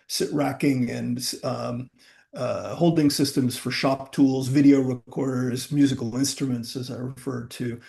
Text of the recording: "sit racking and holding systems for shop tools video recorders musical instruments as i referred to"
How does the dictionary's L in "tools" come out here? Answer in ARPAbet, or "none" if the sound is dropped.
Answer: L